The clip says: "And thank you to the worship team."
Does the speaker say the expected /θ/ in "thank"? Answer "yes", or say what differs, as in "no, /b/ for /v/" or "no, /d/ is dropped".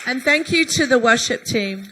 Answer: yes